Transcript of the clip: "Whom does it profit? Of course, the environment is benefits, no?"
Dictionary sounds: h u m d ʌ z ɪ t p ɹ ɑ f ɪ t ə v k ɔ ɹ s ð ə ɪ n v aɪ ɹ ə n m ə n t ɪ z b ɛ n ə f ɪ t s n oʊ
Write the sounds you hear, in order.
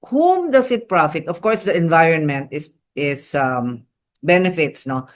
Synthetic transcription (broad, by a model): h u m d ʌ s ɪ t p ɹ ɑ f ɪ t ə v k ɔ ɹ s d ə ɪ n v aɪ ɹ ə n m ə n t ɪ s b ɛ n ə f ɪ t s n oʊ